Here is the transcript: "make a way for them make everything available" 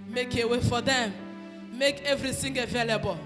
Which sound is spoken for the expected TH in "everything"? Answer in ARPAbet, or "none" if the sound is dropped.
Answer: S